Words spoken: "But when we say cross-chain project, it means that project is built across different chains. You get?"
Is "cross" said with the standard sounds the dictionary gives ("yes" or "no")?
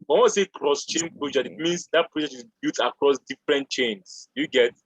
yes